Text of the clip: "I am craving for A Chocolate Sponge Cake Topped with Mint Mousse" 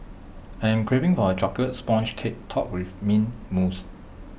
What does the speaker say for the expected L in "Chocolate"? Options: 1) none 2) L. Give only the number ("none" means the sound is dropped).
1